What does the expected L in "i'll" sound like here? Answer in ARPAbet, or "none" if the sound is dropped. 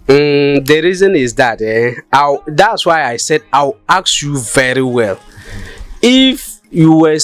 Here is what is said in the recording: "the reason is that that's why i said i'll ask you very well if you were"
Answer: W